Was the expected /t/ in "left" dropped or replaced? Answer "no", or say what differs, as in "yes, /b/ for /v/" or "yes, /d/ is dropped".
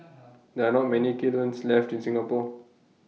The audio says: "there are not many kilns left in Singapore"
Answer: no